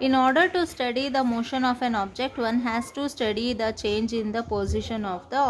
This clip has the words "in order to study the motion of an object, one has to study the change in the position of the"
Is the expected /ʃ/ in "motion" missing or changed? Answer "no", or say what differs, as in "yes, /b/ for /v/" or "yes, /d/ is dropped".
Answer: no